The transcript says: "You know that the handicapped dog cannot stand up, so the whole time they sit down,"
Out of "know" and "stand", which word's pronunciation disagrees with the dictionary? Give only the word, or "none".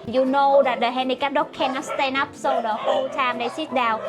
stand